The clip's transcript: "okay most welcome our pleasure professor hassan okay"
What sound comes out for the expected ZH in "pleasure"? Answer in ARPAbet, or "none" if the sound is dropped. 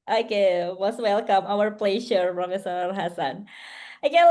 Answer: SH